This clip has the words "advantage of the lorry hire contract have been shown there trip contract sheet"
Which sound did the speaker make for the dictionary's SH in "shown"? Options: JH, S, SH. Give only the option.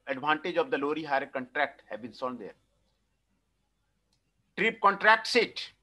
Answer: S